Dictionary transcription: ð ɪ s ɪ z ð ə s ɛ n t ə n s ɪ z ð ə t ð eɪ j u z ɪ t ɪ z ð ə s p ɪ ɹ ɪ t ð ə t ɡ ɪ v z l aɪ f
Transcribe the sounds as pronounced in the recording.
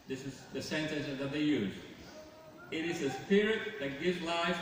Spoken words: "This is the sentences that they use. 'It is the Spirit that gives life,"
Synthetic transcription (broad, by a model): ð ɪ s ɪ z ð ə s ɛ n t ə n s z ð ə t ð eɪ j u z ɪ t ɪ z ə s p ɪ ɹ ɪ t ð ə t ɡ ɪ v z l aɪ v